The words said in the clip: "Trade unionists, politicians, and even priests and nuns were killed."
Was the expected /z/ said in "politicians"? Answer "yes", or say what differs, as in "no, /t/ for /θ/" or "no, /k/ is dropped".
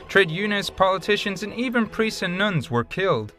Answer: yes